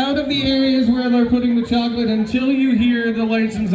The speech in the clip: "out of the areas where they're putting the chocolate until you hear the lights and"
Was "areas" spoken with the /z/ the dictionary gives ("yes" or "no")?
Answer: yes